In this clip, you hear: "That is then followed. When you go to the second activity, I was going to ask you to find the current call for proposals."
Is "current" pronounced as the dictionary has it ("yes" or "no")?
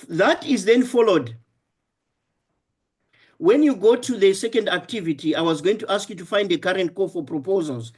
yes